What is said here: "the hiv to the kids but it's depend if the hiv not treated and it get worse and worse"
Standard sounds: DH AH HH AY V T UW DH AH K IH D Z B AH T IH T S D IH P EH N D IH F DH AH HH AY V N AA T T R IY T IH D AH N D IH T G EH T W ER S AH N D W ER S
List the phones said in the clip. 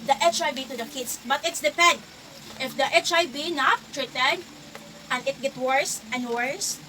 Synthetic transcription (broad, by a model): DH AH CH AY B T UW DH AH K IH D S B AH T IH T S D IH P EH N D IH F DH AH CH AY B N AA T T R IY T IH D AH N D IH T G EH T W ER S AH N D W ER S